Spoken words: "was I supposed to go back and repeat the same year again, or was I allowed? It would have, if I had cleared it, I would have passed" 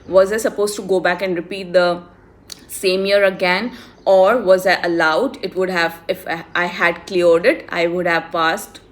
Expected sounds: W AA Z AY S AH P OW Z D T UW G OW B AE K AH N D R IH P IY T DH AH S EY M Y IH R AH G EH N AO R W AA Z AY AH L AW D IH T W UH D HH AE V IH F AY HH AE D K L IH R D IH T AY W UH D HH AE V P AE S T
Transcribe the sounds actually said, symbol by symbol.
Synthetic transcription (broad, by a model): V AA Z AY S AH P OW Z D T UW G OW B AE K AH N D R IH P IY T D AH S EY M Y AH R AH G EH N AO R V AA Z AY AH L AW D IH T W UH D HH AE V IH F AY HH AE D K L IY R D IH T AY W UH D HH AE V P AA S T